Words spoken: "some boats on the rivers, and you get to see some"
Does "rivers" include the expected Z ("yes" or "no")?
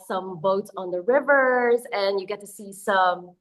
yes